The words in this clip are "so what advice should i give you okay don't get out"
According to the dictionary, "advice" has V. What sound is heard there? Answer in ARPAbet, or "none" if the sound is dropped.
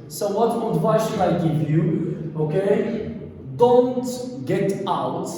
W